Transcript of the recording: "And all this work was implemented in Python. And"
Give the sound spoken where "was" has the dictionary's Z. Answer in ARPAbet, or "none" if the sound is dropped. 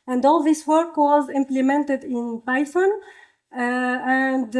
Z